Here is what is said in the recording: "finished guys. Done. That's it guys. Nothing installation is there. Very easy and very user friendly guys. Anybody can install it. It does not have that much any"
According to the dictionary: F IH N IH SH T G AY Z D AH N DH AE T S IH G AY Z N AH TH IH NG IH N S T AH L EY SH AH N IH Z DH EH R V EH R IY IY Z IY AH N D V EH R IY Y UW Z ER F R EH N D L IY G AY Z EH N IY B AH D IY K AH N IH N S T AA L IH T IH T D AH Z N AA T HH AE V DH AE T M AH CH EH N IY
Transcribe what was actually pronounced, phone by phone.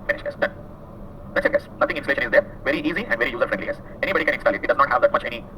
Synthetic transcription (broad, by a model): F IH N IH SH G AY S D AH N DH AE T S IH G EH S N AH T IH NG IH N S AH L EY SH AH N IH Z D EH R V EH R IY IY Z IY AH N D V EH R IY Y UW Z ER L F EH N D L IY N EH S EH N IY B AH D IY K AH N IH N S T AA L IH T IH T D AH Z N AA T HH AE V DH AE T M AH CH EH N IY